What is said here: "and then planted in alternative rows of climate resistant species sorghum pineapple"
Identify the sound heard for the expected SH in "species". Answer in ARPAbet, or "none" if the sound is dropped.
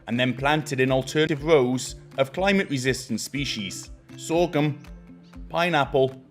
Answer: SH